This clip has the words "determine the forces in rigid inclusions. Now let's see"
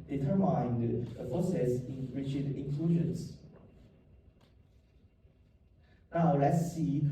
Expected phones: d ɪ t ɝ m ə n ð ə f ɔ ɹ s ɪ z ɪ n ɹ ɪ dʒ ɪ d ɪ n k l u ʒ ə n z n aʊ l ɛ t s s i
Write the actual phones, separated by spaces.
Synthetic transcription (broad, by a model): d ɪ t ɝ m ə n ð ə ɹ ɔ s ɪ s ɪ n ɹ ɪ tʃ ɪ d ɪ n k l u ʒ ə n s n aʊ l ɛ t s s i